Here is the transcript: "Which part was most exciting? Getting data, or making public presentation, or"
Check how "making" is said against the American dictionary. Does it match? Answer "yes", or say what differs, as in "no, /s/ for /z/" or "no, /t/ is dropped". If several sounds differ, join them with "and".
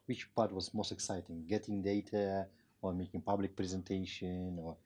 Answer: yes